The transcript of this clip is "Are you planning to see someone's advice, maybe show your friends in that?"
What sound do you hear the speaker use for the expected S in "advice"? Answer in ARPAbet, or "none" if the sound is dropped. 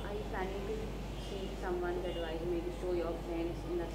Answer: none